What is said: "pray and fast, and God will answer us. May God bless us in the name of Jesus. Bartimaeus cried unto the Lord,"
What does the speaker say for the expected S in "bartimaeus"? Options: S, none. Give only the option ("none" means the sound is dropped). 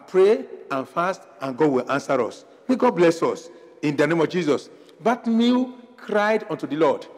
none